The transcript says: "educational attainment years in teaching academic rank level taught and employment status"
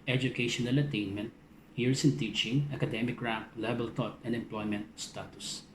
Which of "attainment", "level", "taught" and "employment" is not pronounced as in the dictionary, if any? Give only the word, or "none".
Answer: level